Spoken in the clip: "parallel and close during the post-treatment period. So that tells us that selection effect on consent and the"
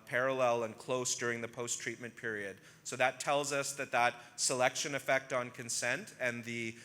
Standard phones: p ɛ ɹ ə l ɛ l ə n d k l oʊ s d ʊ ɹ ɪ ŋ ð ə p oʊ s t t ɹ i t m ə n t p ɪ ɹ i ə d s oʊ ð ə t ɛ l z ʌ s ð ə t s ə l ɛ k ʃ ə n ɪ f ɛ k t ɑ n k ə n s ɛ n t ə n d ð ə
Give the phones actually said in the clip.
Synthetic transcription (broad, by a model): p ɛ ɹ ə l ɛ l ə n k l oʊ s d ʊ ɹ ɪ ŋ ð ə p oʊ s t t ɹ i t m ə n p ɪ ɹ i ə d s oʊ ð ə t ɛ l z ʌ s ð ə t s ə l ɛ k ʃ ə n ɪ f ɛ k t n k ə n s ɛ n t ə n ð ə